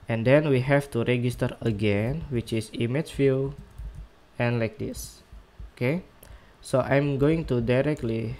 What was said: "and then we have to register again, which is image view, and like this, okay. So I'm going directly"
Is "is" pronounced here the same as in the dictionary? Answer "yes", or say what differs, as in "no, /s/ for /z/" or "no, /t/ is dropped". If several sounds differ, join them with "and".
no, /s/ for /z/